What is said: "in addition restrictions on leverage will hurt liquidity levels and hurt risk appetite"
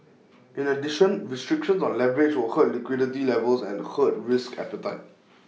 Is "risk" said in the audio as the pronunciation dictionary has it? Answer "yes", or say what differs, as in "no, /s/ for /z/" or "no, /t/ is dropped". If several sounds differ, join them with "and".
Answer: yes